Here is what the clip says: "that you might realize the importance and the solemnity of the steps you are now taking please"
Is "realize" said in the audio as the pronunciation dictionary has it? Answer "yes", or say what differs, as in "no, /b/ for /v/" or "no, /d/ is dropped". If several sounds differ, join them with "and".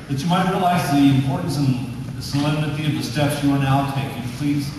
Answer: yes